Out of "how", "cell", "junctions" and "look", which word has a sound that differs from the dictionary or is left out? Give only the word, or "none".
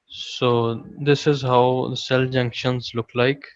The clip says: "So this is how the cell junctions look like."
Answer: none